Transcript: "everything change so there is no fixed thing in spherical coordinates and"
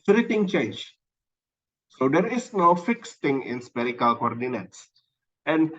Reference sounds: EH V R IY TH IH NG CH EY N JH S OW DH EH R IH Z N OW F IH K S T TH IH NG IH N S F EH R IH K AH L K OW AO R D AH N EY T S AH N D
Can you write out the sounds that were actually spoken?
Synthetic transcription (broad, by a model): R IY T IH NG CH EY N JH S OW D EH R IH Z N OW F IH K S T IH NG IH N S P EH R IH K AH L K OW AO R D AH N EY T S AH N D